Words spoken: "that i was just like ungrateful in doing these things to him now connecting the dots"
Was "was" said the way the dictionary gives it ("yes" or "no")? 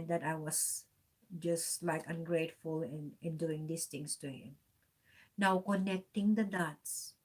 no